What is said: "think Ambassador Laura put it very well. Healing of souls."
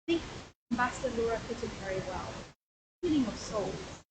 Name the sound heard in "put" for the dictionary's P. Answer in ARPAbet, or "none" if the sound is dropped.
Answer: F